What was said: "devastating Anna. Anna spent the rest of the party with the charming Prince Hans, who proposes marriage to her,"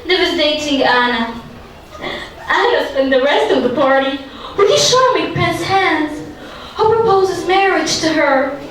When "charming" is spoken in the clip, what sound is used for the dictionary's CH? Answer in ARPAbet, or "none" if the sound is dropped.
SH